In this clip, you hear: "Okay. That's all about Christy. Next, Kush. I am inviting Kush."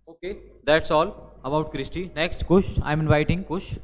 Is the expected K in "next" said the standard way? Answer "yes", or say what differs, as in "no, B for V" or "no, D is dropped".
yes